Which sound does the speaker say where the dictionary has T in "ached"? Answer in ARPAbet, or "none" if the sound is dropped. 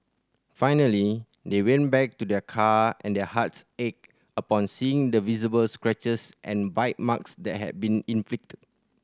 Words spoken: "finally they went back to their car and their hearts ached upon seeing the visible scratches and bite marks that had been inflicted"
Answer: none